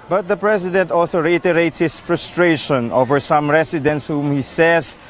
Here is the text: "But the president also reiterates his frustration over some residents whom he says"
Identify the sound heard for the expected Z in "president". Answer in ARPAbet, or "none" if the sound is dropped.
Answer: S